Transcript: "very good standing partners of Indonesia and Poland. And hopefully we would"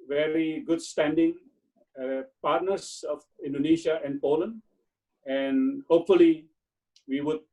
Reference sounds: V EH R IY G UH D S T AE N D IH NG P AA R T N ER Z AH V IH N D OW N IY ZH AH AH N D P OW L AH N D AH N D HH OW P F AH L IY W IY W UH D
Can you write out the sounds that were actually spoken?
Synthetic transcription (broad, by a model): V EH R IY G UH D S T AE N D IH NG P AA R T N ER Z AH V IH N D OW N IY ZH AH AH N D P OW L AH N D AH N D HH OW P F AH L IY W IY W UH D